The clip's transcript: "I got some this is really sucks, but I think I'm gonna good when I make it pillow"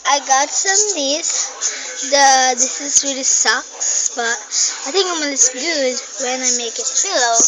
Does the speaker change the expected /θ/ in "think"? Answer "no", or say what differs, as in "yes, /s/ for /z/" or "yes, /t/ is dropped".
yes, /t/ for /θ/